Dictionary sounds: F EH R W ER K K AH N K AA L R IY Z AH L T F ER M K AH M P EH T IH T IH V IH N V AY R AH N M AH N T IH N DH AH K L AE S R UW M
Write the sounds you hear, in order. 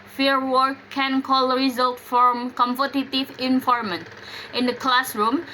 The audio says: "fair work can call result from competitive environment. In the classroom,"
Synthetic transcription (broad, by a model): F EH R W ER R K AH N K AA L R IY Z AH L T F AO M K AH M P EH T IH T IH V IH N F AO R M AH N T IH N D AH K L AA S R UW M